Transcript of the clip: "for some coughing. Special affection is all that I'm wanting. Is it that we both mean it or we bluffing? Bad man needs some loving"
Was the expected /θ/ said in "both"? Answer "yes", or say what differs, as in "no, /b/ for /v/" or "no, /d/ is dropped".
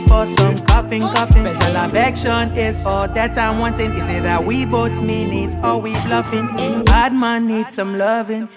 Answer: no, /s/ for /θ/